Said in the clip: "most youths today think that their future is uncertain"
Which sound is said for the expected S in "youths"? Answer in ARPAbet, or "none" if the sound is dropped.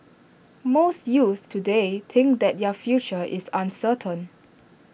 none